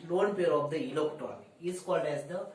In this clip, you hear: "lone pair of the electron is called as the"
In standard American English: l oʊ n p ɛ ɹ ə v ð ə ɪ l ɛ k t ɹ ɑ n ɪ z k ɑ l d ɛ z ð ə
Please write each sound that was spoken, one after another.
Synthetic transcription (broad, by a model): l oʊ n p ɛ ɹ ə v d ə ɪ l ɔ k t ɑ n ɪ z k ɑ l d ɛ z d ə